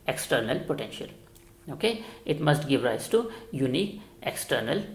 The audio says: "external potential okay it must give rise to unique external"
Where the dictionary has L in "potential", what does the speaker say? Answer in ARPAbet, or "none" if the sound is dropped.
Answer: L